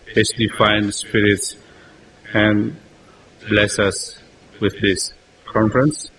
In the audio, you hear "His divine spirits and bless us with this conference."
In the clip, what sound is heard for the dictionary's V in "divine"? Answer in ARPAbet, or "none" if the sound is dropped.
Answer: F